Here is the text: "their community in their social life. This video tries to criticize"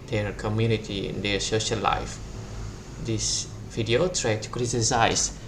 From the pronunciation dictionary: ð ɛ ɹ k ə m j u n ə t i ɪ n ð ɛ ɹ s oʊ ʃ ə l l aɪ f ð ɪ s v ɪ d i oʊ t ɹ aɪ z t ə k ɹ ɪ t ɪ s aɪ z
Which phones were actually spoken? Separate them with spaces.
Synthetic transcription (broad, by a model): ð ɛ ɹ k ə m j u n ə t i ɪ n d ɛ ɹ s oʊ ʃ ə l l aɪ f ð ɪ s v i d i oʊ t ɹ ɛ t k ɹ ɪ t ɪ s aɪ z